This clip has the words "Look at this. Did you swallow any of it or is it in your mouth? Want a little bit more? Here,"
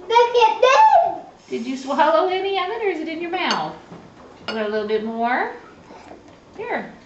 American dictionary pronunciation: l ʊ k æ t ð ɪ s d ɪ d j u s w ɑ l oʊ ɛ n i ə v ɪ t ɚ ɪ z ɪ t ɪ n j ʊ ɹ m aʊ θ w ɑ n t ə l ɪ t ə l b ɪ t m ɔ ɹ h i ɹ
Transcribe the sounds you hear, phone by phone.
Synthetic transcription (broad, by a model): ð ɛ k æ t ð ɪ d ɪ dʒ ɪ s w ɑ l oʊ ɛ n i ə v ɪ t ɚ ɪ z ɪ t ɪ n j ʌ ɹ m aʊ θ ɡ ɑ t ə l ɪ t l b ɪ t m ɔ ɹ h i ɹ